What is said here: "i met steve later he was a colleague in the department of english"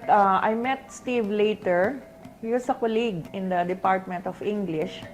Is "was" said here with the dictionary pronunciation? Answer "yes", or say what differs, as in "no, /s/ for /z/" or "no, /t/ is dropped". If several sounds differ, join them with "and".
no, /s/ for /z/